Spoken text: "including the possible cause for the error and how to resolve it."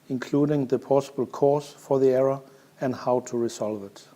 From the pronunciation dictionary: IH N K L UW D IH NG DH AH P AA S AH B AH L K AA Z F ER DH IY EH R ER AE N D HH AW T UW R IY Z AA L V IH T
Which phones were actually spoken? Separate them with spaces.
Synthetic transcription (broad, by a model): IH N K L UW D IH NG DH AH P AA S AH B AH L K AA S F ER DH IY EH R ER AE N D HH AW T UW R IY S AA L V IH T